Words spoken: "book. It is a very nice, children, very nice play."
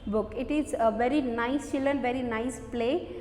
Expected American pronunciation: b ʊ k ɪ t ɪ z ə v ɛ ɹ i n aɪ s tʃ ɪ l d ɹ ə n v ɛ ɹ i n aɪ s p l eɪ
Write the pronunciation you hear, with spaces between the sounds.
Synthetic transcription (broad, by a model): b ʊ k ɪ t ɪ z ə v ɛ ɹ i n aɪ s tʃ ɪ l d ə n v ɛ ɹ i n aɪ s p l eɪ